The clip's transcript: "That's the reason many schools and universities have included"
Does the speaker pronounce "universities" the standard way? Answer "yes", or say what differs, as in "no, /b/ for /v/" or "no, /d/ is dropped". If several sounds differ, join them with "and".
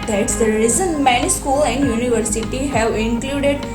no, /z/ is dropped